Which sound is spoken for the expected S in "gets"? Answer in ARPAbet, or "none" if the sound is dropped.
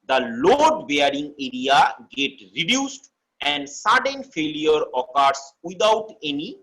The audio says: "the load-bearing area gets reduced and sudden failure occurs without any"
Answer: none